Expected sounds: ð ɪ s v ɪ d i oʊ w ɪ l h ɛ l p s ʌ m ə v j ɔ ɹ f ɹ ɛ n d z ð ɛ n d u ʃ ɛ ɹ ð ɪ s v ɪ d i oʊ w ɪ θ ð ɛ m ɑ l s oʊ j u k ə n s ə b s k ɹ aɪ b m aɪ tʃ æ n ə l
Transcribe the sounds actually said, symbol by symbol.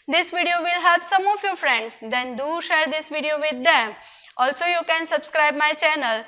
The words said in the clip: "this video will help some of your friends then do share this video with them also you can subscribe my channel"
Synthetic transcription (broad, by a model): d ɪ s v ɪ d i oʊ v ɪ l h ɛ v s ʌ m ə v j ɔ ɹ f ɹ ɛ n d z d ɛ n d u ʃ ɛ ɹ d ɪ s v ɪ d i oʊ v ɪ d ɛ m ɑ l s oʊ j u k ə n s ə b s k ɹ aɪ b m aɪ tʃ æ n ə l